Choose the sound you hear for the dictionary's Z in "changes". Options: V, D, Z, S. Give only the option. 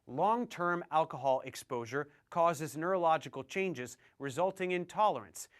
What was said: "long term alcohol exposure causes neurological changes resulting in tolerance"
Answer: Z